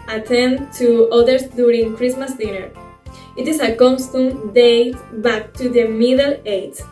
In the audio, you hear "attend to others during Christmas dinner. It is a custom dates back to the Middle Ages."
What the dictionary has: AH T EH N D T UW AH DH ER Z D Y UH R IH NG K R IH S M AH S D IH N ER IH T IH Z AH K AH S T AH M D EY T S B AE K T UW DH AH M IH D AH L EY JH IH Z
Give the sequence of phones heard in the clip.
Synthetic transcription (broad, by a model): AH T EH N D T UW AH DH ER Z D Y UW R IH NG K R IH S M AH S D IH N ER IH T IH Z AH K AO S T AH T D EY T B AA K T UW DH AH M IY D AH L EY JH